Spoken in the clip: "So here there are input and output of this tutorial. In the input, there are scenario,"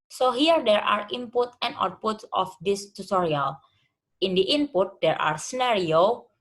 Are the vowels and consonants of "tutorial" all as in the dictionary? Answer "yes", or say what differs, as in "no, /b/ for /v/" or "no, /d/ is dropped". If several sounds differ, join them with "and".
yes